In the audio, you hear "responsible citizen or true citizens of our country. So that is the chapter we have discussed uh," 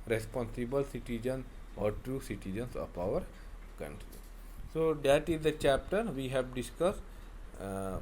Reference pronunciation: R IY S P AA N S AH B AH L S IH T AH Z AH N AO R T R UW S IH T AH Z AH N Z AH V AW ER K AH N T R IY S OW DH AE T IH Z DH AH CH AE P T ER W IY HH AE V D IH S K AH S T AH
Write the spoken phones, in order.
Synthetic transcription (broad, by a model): R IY S P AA N S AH B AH L S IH T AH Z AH N AO R T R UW S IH T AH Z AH N S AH P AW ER K AH N T R IY S OW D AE T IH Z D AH CH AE P T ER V IY HH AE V D IH S K AH S T